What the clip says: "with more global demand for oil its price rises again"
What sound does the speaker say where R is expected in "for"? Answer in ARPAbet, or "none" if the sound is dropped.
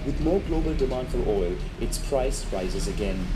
L